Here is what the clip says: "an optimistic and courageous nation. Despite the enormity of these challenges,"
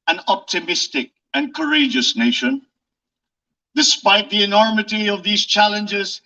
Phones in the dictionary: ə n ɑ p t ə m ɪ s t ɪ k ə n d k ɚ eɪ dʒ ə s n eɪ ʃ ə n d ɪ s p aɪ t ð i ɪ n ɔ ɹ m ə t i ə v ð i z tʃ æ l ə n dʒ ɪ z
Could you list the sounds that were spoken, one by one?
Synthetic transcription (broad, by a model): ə n ɑ p t ə m ɪ s t ɪ k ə n k ɚ eɪ dʒ ə s n eɪ ʃ ə n d ɪ s p aɪ t ð i ɪ n ɔ ɹ m ə t i ə v ð i z tʃ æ l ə n dʒ ɪ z